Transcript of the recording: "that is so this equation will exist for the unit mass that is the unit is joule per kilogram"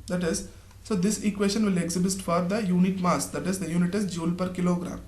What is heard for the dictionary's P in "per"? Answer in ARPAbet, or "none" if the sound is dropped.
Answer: P